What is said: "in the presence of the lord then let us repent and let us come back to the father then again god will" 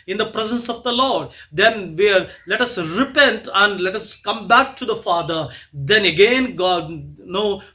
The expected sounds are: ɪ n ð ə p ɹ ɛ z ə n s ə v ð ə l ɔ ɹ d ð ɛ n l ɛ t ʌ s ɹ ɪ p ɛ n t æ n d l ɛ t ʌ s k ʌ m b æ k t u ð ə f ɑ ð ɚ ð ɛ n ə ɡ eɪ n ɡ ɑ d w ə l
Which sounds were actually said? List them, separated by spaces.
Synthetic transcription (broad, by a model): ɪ n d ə p ɹ ɛ z ə n s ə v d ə l ɔ ɹ d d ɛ n l ɛ t ʌ s ɹ ɪ p ɛ n t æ n d l ɛ t ʌ s k ʌ m b æ k t u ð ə f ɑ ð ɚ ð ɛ n ə ɡ eɪ n ɡ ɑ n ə